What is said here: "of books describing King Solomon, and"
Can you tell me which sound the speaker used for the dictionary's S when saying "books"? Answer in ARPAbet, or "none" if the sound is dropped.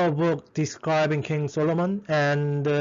none